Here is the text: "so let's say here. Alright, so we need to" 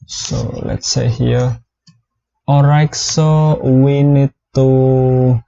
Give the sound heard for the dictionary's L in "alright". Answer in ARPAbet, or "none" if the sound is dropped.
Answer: none